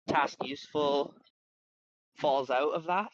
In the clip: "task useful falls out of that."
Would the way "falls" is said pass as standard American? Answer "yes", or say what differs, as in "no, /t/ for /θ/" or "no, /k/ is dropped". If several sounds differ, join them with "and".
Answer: yes